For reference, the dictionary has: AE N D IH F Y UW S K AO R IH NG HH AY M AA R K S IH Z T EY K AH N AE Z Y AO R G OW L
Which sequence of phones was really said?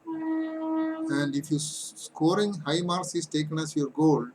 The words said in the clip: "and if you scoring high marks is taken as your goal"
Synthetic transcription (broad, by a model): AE N D IH F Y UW S K AO R IH NG HH AY M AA R S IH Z T EY K AH N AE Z Y AO R G OW L